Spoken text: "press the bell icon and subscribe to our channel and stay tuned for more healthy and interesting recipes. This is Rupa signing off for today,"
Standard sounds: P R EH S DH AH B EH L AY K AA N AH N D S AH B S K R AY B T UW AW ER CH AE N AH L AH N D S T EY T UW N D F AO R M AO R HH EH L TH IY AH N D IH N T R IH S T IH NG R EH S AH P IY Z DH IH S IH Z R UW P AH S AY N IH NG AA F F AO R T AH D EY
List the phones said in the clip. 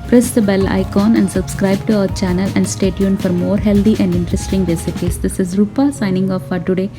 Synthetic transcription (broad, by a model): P R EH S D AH B EH L AY K AA N AH N D S AH B S K R AY B T UW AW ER CH AE N AH L AH N D S T EY T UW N F AO R M AO R HH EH L T IY AH N D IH N T R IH S T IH NG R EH S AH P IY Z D IH S IH Z R UW P AH S AY N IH NG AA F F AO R T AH D EY